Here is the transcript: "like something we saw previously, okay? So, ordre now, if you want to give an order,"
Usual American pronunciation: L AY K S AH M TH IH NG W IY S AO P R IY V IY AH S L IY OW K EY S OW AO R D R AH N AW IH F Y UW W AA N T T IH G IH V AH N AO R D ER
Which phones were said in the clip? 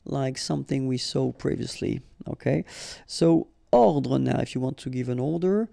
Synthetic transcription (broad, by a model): L AY K S AH M TH IH NG W IY S AO P R IY V IY AH S L IY OW K EY S OW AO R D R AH N AW IH F Y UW W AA N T T IH G IH V AH N AO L D ER